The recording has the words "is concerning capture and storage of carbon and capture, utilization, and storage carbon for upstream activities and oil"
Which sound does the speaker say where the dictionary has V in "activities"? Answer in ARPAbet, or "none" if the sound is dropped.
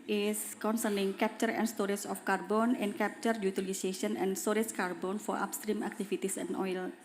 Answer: F